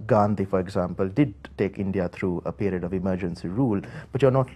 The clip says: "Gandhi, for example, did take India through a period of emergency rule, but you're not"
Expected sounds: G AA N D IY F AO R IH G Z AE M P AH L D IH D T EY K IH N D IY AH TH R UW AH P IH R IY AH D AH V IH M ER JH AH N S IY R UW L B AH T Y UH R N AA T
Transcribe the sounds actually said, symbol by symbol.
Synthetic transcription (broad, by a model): G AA N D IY F AO R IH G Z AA M P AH L D IH D T EY K IH N D IY AH T R UW AH P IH R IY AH D AH V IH M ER JH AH N S IY R UW L B AH T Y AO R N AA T